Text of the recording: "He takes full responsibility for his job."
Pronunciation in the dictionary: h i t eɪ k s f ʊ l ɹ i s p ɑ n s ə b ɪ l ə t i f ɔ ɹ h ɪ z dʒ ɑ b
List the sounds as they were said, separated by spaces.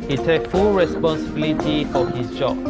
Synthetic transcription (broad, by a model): h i t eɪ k f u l ɹ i s p ɑ n s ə b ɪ l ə t i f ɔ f h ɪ s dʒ ɑ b